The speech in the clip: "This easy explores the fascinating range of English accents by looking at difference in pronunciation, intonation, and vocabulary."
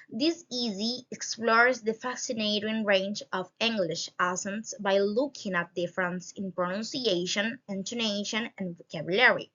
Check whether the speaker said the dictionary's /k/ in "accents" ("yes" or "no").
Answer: no